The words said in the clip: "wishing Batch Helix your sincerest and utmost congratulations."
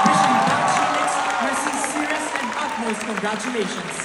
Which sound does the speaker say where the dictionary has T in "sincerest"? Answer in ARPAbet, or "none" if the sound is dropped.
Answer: none